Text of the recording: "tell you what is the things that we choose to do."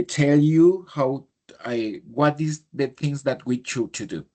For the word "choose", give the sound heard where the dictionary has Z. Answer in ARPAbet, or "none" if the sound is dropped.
none